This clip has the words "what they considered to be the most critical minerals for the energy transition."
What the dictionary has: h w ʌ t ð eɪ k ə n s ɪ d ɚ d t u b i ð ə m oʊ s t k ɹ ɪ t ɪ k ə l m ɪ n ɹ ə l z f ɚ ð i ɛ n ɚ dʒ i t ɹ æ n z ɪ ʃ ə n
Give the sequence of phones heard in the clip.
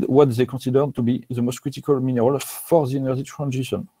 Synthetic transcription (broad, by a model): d w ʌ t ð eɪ k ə s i d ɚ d t u b i ð ə m oʊ s t k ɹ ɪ t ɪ k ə l m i n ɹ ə l f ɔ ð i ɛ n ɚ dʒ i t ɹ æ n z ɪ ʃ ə n